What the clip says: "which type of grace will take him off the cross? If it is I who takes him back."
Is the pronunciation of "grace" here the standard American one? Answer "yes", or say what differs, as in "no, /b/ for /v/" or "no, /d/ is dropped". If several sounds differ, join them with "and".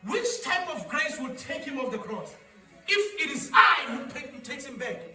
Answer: yes